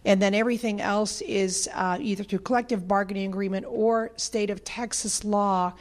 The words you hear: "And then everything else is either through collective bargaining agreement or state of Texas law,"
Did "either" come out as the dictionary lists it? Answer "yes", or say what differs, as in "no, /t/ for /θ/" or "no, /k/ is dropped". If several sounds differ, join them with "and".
yes